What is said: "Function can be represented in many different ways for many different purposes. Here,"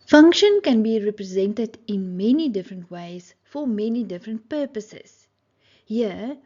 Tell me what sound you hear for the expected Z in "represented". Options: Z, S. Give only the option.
Z